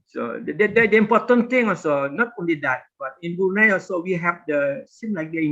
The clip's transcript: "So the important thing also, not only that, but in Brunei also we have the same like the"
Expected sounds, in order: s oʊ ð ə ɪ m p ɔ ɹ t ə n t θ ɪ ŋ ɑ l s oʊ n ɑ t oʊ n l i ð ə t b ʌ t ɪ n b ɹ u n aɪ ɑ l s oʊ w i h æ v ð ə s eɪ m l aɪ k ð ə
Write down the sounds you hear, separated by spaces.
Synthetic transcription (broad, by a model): s oʊ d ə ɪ m p ɔ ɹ t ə n t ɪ ŋ ɑ l s oʊ n ɑ t oʊ n l i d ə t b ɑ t ɪ n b u n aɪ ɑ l s oʊ w i h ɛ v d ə s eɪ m l aɪ k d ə